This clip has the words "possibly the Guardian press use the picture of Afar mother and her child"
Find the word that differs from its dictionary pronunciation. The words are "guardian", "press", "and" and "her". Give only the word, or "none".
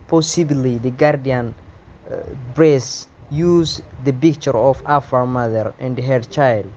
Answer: press